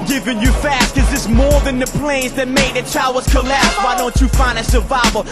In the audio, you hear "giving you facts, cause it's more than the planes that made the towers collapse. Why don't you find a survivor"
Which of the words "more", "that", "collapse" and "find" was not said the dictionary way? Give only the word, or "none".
find